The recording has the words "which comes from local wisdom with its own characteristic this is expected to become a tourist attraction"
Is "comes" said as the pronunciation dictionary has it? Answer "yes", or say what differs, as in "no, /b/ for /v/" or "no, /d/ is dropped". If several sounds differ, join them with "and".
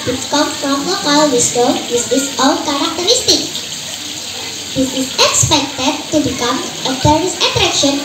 no, /z/ is dropped